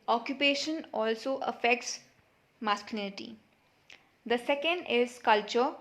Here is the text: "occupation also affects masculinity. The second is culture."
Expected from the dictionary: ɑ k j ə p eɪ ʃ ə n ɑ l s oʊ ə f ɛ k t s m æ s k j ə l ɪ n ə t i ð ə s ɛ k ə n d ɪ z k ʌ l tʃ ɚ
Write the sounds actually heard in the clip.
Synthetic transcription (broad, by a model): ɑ k j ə p eɪ ʃ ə n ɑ l s oʊ ə f ɛ k t s m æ s k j l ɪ n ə t i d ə s ɛ k ə n d ɪ z k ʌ l tʃ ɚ